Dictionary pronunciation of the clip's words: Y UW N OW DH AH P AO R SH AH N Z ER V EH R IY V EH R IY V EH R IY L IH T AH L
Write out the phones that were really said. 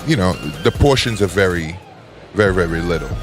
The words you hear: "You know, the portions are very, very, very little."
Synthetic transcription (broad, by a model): Y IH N OW DH AH P AO R SH AH N Z ER V EH R IY V EH R IY V EH R IY L IH T L